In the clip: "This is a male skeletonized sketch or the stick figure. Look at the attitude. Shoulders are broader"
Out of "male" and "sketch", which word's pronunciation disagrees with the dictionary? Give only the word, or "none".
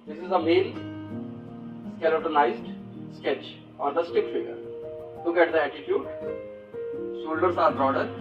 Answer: male